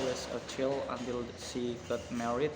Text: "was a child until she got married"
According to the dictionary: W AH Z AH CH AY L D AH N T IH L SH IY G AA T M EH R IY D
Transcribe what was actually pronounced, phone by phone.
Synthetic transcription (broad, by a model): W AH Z AH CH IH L AH N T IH L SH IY G AA T M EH R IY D